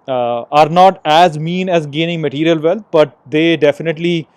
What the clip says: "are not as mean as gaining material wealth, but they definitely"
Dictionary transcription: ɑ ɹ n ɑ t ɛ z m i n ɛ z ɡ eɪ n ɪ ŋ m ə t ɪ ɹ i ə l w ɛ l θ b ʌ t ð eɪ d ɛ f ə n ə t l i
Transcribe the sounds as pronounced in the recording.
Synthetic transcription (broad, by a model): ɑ ɹ n ɑ t ɛ z m i n ɛ z ɡ eɪ n ɪ ŋ m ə t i ɹ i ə l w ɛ l t b ʌ t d eɪ d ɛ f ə n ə t l i